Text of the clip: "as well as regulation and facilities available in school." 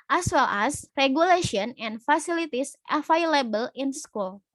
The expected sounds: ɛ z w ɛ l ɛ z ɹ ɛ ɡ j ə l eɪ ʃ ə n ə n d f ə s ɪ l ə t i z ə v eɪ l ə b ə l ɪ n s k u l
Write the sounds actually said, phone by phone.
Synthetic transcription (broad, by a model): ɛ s w ɛ l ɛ s ɹ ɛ ɡ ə l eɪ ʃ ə n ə n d f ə s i l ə t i s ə f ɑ l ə b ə l ɪ n s k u l